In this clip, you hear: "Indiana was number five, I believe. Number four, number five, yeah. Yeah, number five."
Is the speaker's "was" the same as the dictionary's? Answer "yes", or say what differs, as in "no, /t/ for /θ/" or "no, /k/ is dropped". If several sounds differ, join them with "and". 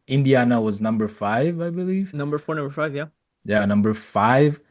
yes